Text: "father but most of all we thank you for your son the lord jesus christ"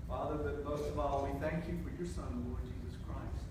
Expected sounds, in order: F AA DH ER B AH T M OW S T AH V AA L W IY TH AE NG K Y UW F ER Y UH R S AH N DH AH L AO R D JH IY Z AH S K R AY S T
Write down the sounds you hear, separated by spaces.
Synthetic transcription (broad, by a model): F AA DH ER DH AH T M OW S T AH V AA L W IY TH AE NG K Y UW F ER Y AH R S AH N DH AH L AO R D JH IY Z AH S K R AY S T